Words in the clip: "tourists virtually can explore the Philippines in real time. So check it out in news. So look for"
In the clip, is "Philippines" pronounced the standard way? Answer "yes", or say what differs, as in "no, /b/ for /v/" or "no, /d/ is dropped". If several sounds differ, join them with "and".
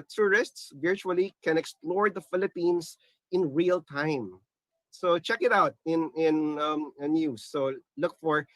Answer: no, /s/ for /z/